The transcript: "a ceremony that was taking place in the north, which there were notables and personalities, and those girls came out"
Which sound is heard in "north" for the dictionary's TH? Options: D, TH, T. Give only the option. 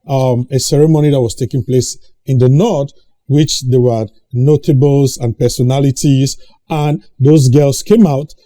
T